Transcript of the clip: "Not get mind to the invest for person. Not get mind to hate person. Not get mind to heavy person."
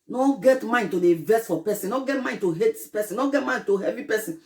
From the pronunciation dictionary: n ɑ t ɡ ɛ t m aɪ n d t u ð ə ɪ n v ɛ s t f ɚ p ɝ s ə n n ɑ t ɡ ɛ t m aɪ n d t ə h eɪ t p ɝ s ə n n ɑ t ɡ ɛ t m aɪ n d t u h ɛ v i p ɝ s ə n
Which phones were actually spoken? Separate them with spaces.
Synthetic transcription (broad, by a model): n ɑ ɡ ɛ t m aɪ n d t u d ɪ v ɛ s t f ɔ p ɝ s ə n n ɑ ɡ ɛ t m aɪ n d t ə h eɪ t p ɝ s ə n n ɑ ɡ ɛ t m aɪ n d t u h ɛ v i p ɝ s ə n